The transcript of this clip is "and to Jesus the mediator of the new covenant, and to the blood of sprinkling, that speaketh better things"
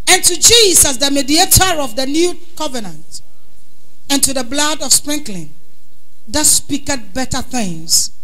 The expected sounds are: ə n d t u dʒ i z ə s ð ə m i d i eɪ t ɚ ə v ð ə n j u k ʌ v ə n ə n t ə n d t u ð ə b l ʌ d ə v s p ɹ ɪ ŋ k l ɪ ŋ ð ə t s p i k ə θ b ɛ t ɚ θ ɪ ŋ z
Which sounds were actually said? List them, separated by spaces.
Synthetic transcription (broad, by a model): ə n t u dʒ i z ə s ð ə m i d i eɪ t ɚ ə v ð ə n j u k ʌ v ə n ə n t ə n t u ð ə b l ʌ d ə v s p ɹ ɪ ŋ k l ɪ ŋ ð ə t s p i k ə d b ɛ t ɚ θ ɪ ŋ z